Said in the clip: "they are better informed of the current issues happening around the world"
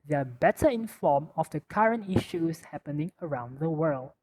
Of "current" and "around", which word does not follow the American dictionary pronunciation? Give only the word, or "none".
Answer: none